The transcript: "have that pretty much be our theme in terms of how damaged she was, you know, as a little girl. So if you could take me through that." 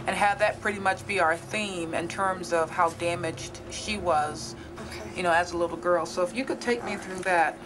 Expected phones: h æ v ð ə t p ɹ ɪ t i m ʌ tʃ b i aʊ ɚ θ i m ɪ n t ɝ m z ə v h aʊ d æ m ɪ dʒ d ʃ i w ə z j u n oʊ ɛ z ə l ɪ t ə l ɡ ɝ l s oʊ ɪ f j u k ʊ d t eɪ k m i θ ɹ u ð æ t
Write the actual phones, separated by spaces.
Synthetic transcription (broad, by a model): h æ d ð ə t p ɹ ɪ t i m ʌ tʃ b i aʊ ɚ θ i m ɪ n t ɝ m z ə v h aʊ d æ m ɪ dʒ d ʃ i w ə z j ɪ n oʊ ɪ z ə l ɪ t l ɡ ɝ l s oʊ ɪ f j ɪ k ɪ d t eɪ k m i θ ɹ u ð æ t